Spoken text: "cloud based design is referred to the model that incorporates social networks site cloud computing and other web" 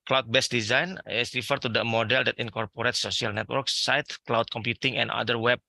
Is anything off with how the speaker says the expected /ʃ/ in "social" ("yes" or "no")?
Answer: yes